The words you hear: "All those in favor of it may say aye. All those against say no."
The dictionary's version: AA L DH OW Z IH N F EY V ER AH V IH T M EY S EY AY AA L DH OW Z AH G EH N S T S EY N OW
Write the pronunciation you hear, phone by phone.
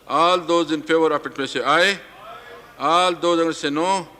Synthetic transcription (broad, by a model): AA L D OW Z IH N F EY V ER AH P IH T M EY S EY AY AA L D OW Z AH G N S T S EY N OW